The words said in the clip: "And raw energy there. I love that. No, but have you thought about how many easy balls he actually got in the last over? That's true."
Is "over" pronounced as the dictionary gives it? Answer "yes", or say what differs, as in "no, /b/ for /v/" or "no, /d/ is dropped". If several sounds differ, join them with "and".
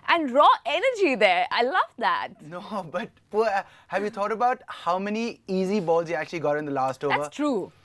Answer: no, /v/ is dropped